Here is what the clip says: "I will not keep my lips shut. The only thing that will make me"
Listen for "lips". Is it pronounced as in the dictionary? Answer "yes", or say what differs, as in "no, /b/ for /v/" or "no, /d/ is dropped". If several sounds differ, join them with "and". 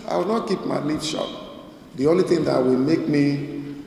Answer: no, /n/ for /l/